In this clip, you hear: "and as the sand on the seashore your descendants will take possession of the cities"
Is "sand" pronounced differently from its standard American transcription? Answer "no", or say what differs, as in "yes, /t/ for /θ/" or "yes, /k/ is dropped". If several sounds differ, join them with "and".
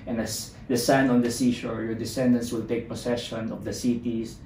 yes, /d/ is dropped